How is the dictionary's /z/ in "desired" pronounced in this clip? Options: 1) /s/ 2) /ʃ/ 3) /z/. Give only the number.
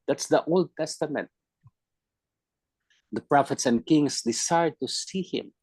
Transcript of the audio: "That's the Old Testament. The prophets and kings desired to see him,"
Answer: 1